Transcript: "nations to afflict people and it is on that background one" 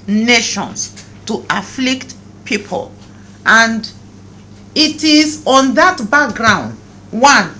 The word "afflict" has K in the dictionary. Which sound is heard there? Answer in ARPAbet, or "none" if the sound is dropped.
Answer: K